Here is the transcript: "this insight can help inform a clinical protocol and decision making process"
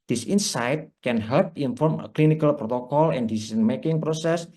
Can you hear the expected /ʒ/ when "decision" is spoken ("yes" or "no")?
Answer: no